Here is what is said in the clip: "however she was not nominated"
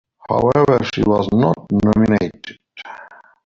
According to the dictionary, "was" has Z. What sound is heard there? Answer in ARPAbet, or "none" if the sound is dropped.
Z